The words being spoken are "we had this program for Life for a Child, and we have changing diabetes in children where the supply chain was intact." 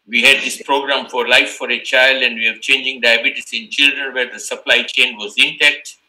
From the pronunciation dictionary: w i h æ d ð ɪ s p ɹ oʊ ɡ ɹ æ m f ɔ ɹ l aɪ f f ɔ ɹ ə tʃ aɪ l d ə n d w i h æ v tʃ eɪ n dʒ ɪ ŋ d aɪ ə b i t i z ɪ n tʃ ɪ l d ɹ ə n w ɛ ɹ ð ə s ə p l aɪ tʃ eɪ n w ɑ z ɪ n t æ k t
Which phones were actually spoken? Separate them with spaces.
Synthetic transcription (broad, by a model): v i h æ d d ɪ s p ɹ oʊ ɡ ɹ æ m f ɔ ɹ l aɪ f f ɔ ɹ ə tʃ aɪ l d ə n d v i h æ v tʃ eɪ n dʒ ɪ ŋ d aɪ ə b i t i s ɪ n tʃ ɪ l d ɹ ə n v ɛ ɹ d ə s ə p l aɪ tʃ eɪ n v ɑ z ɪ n t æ k t